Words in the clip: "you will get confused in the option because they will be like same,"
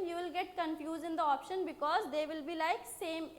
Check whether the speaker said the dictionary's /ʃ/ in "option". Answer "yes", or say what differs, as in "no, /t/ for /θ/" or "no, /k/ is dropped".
yes